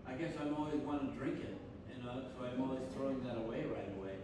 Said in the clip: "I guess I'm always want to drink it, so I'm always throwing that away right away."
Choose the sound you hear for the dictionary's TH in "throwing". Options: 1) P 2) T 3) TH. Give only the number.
3